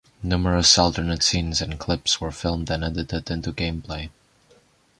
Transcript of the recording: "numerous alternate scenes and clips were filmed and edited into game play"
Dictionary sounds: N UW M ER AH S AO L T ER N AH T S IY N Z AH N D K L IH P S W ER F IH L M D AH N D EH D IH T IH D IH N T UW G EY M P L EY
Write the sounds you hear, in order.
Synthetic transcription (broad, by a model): N UW M ER AH S AO L T ER N AH T S IY N Z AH N K L IH P S W ER F IH L M D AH N EH D IH T IH D IH N T UW G EY M P L EY